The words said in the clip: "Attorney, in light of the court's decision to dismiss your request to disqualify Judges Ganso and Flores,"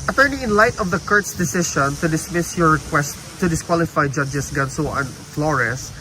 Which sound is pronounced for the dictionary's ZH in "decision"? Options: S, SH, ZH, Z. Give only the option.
SH